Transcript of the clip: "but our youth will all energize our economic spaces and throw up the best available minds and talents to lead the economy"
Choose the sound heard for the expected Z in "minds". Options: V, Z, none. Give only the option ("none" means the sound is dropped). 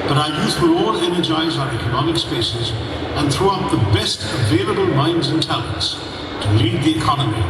Z